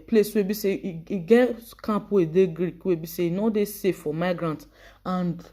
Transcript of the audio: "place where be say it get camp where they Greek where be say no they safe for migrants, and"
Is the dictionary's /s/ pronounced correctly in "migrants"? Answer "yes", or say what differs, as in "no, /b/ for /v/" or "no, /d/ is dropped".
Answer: no, /s/ is dropped